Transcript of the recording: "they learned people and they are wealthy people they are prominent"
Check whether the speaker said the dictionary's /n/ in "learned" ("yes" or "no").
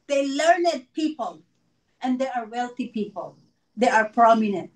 yes